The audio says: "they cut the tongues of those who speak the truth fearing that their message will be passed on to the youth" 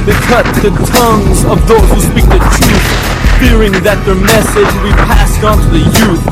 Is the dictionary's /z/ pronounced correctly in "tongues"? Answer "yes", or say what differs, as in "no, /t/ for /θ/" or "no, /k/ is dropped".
yes